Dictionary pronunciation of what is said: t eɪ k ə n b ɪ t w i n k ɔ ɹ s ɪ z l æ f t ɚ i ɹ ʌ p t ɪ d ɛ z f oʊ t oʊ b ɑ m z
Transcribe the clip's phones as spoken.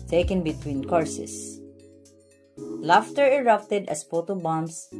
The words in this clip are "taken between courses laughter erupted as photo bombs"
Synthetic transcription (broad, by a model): t eɪ k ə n b ɪ t w i n k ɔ ɹ s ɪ s l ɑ f t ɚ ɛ ɹ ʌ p t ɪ d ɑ s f oʊ t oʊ b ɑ m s